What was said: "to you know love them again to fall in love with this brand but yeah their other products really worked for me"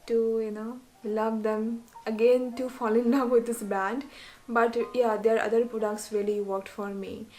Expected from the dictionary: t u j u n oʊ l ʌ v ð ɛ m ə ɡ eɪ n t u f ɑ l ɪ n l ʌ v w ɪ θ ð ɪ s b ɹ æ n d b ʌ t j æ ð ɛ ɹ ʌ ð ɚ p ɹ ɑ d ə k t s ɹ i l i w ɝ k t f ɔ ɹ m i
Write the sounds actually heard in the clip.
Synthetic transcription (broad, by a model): t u j u n oʊ l ʌ v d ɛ m ə ɡ eɪ n t u f ɑ l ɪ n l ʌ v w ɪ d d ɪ s b æ n d b ʌ t j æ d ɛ ɹ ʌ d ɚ p ɹ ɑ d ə k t s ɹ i l i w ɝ k t f ɔ ɹ m i